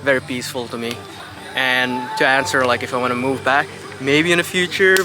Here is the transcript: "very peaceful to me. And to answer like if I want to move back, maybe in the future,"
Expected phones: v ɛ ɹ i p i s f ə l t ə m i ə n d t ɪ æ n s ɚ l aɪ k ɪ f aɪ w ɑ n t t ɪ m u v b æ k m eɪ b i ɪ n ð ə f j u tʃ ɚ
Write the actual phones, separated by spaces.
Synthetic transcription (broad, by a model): v ɛ ɹ i p i s f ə l t ə m i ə n t ɪ æ n s ɚ l aɪ k ɪ f aɪ w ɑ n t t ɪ m u v b æ k m eɪ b i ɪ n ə f j u tʃ ɚ